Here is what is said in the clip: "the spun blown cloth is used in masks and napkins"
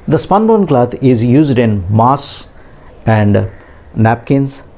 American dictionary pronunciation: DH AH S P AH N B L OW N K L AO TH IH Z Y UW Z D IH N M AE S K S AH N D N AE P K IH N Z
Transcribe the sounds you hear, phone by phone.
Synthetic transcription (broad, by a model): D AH S P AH N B OW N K L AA T IH Z Y UW Z D IH N M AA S S AH N D N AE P K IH N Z